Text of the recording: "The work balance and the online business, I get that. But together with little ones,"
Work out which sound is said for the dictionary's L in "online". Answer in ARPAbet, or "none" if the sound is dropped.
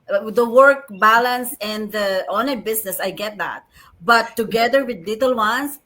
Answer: none